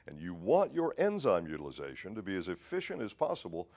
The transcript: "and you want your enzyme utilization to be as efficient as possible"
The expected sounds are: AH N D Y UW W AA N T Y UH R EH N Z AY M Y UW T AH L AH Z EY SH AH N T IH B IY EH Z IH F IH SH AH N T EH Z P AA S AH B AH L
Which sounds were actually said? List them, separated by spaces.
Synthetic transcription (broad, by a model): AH N Y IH W AA N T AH R EH N Z AY M Y UW T AH L AH Z EY SH AH N T IH B IY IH Z IH F IH SH AH N T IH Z P AA S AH B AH L